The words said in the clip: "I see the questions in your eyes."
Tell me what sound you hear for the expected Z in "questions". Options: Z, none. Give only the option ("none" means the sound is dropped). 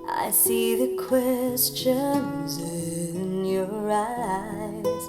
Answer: Z